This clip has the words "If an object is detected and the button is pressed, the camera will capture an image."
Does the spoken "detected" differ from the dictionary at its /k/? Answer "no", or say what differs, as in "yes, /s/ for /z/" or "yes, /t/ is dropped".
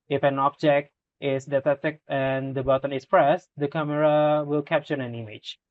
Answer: yes, /k/ is dropped